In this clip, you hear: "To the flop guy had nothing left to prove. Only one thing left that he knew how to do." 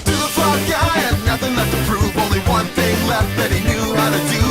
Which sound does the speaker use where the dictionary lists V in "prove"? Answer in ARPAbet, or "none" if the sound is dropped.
none